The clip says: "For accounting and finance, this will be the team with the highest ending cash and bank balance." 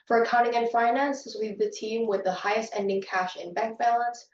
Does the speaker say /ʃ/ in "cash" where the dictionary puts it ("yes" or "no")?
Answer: yes